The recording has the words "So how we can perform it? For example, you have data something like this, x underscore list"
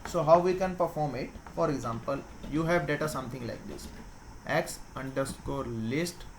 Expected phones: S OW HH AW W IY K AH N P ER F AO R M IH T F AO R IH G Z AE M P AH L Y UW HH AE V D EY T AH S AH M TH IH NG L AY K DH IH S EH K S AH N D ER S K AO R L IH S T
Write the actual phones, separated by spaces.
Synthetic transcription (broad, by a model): S OW HH AW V IY K AH N P ER F AO R M IH T F AO R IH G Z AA M P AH L Y UW HH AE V D EY T AH S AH M T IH NG L AY K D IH S EH K S AH N D ER S K AO R L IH S T